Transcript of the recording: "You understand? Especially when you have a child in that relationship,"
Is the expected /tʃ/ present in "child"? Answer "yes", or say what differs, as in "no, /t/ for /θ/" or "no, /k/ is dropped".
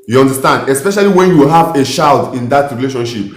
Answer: no, /ʃ/ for /tʃ/